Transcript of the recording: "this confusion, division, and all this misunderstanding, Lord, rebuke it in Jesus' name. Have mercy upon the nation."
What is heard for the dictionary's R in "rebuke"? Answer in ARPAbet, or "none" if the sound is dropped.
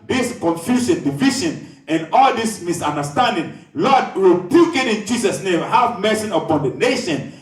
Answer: W